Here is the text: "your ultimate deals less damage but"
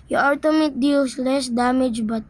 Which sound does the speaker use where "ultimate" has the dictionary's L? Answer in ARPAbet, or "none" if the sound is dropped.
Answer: none